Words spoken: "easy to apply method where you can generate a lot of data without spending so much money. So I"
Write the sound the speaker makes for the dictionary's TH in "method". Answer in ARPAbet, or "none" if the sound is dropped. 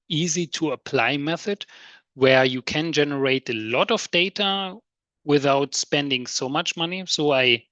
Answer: TH